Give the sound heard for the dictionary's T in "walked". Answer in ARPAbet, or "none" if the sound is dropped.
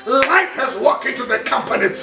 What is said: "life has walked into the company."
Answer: none